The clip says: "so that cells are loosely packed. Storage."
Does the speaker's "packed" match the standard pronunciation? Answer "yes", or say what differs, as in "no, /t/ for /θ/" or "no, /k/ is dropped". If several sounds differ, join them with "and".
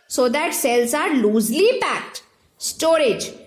yes